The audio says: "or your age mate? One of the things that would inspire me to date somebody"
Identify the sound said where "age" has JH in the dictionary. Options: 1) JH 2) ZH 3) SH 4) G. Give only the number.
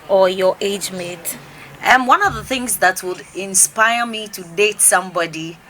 1